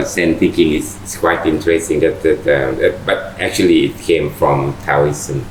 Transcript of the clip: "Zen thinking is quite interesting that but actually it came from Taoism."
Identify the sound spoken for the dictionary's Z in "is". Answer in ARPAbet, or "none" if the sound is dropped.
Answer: S